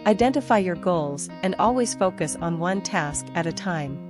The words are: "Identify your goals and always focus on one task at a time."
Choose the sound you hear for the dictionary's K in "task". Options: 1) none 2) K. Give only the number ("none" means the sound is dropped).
2